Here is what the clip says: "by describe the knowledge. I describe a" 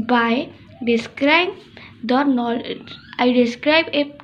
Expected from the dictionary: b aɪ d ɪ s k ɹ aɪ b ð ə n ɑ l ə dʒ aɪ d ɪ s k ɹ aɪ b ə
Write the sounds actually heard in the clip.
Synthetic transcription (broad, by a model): b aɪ d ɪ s k ɹ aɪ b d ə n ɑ ə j d ɪ s k ɹ aɪ b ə